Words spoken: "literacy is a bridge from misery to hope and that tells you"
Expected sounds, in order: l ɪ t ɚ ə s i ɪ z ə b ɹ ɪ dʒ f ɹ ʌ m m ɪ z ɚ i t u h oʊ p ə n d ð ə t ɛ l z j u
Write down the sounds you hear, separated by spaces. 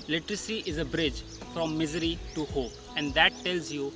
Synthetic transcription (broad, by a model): l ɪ t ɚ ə s i ɪ z ə b ɹ ɪ dʒ f ɹ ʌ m m ɪ z ɚ i t u h oʊ p ə n d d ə t ɛ l z j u